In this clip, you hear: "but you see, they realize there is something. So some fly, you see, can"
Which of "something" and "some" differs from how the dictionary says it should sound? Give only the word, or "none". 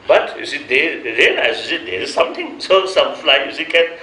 something